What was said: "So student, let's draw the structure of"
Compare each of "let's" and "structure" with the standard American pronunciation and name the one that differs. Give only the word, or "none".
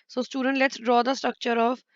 structure